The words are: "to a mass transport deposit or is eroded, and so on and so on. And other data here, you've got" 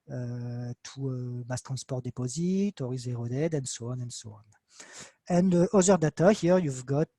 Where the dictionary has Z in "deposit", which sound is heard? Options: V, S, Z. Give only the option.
Z